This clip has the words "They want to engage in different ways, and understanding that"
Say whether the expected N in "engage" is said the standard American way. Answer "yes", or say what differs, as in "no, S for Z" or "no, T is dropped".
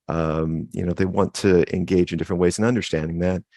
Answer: yes